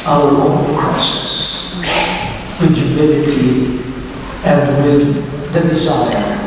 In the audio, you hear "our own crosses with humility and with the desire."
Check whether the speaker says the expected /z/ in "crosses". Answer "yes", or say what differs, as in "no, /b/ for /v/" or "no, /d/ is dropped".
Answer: no, /s/ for /z/